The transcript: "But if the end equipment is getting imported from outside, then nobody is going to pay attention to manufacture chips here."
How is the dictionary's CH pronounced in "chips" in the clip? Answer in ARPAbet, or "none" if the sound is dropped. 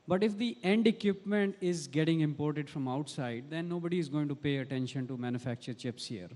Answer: CH